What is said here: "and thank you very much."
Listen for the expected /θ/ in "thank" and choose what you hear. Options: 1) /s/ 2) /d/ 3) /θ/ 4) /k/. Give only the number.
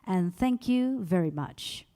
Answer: 3